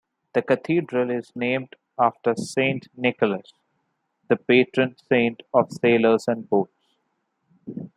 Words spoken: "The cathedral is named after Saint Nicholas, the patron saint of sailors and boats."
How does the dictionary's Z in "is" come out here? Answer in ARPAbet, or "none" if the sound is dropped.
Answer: Z